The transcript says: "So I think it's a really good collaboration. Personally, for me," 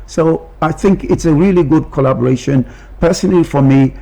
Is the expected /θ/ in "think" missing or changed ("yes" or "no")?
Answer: no